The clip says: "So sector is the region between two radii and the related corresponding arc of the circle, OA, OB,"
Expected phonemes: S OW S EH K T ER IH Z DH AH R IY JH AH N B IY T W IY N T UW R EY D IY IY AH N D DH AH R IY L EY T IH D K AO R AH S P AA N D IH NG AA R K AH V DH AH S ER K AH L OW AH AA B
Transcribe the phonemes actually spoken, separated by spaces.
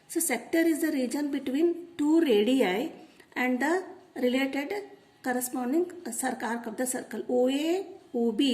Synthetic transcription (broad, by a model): S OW S EH K T ER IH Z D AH R IY JH AH N B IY T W IY N T UW R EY D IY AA AH N D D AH R IY L EY T IH D K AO R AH S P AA N D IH NG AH R K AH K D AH S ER K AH L OW AH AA B